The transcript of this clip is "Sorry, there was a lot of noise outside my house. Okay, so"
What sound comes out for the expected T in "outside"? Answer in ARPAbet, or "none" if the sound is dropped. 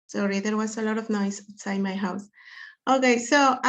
S